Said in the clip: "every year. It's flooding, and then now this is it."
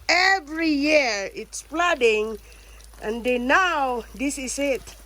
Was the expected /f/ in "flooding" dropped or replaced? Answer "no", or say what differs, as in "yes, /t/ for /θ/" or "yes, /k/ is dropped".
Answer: yes, /p/ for /f/